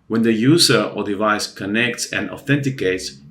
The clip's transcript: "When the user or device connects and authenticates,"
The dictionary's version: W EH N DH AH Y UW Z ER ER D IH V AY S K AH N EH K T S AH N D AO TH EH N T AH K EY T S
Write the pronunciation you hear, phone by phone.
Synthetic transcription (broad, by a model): W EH N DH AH Y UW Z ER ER D IH V AY S K AH N EH K T S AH N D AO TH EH N T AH K EY T S